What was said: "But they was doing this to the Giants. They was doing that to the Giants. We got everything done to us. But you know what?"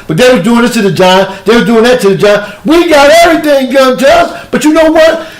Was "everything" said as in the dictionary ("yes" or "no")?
yes